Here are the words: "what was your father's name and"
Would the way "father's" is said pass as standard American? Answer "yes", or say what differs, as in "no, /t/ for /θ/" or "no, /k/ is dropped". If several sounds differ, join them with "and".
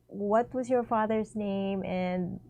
yes